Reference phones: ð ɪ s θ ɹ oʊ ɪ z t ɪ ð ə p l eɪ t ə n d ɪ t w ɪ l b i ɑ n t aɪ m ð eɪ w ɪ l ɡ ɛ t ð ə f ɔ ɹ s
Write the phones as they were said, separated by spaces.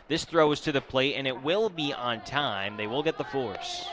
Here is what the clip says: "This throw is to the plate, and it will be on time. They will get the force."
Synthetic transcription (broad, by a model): ð ɪ s θ ɹ oʊ ɪ z t ɪ ð ə p l eɪ t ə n ɪ t w ɪ l b i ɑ n t aɪ m ð eɪ w ɪ l ɡ ɛ t ð ə f ɔ ɹ s